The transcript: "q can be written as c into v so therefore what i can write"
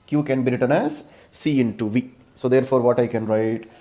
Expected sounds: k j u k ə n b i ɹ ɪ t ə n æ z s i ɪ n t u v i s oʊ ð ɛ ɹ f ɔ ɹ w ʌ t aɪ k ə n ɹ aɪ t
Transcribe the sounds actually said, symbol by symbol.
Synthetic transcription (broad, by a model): k j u k ə n b i ɹ ɪ t ə n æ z s i ɪ n t u v i s oʊ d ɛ ɹ f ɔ ɹ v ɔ t aɪ k ə n ɹ aɪ t